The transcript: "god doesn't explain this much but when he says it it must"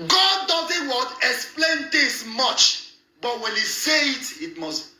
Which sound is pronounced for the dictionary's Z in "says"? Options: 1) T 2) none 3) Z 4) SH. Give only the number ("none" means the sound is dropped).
2